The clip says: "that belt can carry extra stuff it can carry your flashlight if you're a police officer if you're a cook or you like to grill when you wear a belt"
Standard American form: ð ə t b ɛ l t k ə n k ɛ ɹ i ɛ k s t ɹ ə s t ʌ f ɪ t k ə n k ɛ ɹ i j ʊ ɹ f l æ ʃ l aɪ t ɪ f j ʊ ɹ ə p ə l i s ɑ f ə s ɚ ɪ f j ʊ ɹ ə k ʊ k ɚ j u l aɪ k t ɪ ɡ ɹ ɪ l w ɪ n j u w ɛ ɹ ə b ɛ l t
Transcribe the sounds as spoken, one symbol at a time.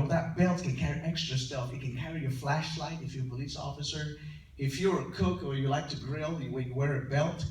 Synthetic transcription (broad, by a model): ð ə t b ɛ l t k ə n k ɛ ɹ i ɛ k s t ɹ ə s t ʌ f ɪ t k ə n k ɛ ɹ i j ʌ ɹ f l æ ʃ l aɪ t ɪ f j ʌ ɹ ə p ə l i s ɑ f ə s ɚ ɪ f j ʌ ɹ ə k ʊ k ɚ j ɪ l aɪ k t ɪ ɡ ɹ ɪ l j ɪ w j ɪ w ɛ ɹ ə b ɛ l t